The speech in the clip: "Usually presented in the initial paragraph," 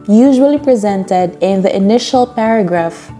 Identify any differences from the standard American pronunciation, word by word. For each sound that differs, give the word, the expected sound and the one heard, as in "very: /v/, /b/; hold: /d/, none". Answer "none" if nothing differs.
none